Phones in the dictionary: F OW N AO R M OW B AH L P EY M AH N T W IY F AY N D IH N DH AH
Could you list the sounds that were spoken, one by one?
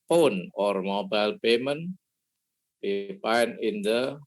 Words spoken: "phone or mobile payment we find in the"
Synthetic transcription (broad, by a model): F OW N AO R M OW B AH L P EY M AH N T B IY P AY N IH N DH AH